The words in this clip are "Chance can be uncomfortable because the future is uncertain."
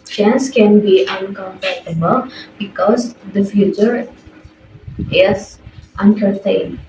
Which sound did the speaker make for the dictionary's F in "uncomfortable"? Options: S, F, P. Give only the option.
P